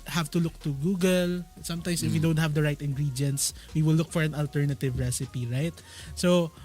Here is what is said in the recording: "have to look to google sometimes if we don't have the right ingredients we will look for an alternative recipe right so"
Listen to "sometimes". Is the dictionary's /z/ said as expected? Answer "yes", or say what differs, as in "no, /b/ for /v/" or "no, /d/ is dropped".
no, /s/ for /z/